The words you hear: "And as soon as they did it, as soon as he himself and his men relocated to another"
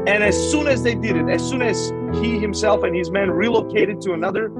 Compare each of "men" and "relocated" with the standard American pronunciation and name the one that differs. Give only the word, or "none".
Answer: none